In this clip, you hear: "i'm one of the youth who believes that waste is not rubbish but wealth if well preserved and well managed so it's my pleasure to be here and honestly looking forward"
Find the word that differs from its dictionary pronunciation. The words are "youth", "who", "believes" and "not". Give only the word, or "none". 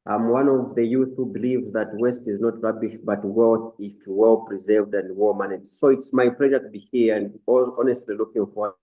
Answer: none